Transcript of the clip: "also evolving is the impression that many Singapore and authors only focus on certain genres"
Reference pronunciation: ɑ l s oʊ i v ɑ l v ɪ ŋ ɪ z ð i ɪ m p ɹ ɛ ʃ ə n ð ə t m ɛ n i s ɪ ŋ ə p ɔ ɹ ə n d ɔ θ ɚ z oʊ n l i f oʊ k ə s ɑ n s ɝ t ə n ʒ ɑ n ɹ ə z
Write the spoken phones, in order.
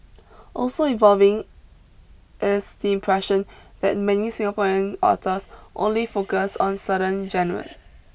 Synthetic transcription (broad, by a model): ɑ l s oʊ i v ɑ l v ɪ ŋ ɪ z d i ɪ m p ɹ ɛ ʃ ə n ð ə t m ɛ n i s ɪ ŋ ə p ɔ ɹ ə n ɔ t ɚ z oʊ n l i f oʊ k ə s ɑ n s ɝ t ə n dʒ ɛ n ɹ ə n